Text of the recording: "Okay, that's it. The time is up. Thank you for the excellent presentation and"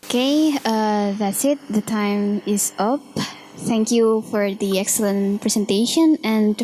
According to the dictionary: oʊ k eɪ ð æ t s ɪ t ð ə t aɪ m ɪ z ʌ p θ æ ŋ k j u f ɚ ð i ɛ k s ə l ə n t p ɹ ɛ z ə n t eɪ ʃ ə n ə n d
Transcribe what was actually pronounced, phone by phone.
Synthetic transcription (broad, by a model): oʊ k eɪ ð æ t s ɪ t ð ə t aɪ m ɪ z ʌ p θ æ ŋ k j u f ɚ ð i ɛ k s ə l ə n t p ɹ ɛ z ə n t eɪ ʃ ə n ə n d